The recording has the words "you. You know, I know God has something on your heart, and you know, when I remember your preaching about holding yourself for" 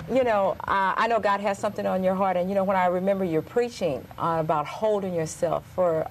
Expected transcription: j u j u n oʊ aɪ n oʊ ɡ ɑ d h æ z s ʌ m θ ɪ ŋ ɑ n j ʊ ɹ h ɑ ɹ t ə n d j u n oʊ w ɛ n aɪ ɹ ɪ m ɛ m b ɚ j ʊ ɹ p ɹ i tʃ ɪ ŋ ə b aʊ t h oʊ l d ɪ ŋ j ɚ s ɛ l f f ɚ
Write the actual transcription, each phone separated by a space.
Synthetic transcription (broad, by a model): j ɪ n oʊ aɪ n oʊ ɡ ɑ d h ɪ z s ʌ m θ ɪ ŋ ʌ n j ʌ ɹ h ɑ ɹ t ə n j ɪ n oʊ w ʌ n aɪ ɹ ɪ m ɛ m b ɚ j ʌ ɹ p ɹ i tʃ ɪ ŋ ə b aʊ t h oʊ l d ɪ ŋ j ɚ s ɛ l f f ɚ